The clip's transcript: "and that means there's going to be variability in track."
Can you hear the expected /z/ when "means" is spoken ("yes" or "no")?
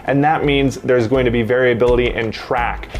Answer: yes